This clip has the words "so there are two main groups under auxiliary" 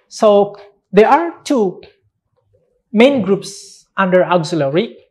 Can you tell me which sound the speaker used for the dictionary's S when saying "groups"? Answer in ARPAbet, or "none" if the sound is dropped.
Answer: S